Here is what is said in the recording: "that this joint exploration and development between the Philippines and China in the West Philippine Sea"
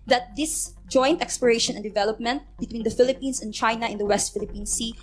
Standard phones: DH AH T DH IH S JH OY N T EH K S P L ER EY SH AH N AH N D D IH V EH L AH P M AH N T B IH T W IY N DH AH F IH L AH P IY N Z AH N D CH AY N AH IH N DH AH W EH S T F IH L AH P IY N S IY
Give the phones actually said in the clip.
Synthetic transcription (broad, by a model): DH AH T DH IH S JH OY N T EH K S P ER EY SH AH N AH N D D IH V EH L AH P M AH N T B IH T W IY N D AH F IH L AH P IY N S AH N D CH AY N AH IH N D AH W EH S T F IH L AH P IY N S IY